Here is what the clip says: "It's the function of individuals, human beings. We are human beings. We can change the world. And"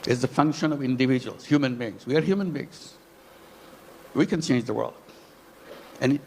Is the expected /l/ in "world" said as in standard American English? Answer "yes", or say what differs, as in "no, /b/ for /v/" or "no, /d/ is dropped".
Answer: yes